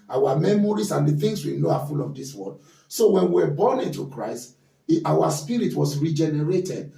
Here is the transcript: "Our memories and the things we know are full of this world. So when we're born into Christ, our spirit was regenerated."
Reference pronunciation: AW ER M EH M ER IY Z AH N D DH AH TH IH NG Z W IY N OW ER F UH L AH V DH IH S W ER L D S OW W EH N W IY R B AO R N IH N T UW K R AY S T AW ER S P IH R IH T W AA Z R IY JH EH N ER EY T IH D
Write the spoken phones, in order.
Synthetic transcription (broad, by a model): AW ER M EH M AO IY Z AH N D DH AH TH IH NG S W IY N OW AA F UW L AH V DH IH S W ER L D S OW W EH N W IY W B AO N IH N T UW K R AY S T AW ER S P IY R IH T W AA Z R IY JH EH N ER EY T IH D